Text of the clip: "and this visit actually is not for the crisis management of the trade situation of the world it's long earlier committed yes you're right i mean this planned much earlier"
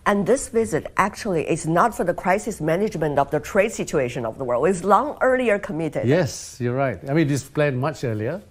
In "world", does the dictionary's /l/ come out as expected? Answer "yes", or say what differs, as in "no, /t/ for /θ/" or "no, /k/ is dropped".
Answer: yes